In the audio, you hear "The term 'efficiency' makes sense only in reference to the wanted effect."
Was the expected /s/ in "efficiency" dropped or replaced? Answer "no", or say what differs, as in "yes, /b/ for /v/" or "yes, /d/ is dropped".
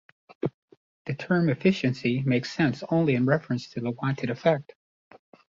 no